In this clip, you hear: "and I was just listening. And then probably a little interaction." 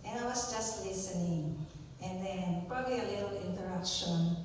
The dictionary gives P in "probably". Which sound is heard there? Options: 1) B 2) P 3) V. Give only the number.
2